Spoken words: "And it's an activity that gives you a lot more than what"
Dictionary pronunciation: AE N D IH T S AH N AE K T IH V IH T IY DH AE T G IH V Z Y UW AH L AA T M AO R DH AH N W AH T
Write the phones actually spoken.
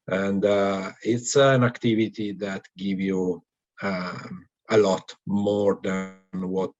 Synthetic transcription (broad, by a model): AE N D IH T S AH N AE K T IH V IH T IY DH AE T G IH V Y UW AH L AA T M AO R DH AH N W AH T